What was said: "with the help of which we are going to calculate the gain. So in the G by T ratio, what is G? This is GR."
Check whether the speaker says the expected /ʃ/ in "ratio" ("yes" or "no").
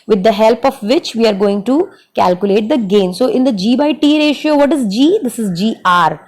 yes